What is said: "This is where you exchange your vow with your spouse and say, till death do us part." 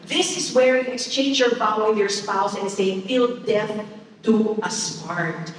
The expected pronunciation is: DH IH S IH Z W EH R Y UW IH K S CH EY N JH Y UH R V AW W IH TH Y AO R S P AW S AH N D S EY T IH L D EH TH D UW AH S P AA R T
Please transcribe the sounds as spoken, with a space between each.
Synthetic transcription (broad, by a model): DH IH S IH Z W EH R Y UW IH K S CH EY N JH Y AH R F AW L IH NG Y AO R S P AW S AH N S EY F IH L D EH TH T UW AH S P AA R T